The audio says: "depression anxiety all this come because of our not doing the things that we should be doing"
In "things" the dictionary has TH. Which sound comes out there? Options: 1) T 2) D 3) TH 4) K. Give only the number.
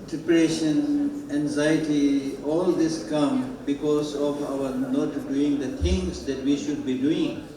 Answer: 1